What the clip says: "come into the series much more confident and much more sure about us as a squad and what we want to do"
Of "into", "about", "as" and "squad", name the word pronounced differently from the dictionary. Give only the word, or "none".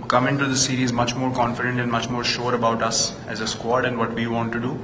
none